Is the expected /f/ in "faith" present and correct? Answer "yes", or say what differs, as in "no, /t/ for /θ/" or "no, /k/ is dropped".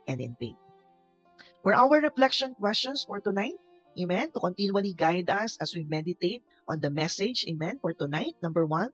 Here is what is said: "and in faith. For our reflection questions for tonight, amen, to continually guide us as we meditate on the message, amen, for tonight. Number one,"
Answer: no, /p/ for /f/